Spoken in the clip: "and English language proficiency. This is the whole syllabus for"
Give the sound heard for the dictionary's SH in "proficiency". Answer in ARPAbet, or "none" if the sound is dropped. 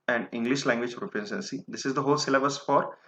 S